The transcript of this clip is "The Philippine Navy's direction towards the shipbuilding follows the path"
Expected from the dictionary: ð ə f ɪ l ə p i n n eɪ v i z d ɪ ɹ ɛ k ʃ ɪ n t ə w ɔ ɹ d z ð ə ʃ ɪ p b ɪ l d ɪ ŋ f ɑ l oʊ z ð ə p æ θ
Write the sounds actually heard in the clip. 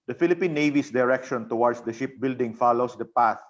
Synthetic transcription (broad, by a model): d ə f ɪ l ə p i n n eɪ v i s d ɪ ɹ ɛ k ʃ ɪ n t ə w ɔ ɹ d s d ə ʃ ɪ p b ɪ l d ɪ ŋ f ɑ l oʊ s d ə p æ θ